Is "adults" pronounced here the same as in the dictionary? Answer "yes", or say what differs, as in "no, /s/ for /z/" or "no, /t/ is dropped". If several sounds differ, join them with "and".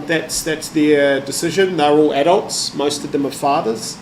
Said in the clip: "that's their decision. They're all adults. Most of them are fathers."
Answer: yes